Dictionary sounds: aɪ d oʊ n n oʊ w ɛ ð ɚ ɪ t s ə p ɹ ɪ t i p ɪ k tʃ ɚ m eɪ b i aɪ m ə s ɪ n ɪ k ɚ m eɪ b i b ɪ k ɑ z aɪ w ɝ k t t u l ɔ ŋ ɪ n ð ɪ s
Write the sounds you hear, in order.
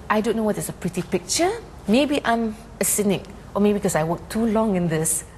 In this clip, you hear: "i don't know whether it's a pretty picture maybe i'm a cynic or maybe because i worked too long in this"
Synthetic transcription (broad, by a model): aɪ d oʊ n n oʊ w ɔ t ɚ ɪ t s ə p ɹ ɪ t i p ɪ k tʃ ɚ m eɪ b i aɪ m ə s ɪ n ɪ k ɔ m eɪ b i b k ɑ s aɪ w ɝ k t t u l ɔ ŋ ɪ n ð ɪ s